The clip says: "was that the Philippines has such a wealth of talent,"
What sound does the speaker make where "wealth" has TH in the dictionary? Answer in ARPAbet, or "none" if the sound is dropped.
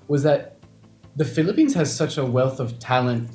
TH